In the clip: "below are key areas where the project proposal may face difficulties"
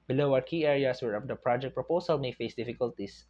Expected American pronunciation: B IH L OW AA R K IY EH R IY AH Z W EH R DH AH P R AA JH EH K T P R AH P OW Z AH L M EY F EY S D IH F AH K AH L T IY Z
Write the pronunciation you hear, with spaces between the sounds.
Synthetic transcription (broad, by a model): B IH L OW AA R K IY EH R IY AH S W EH R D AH P R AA JH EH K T P R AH P OW S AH L M EY F EY S D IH F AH K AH L T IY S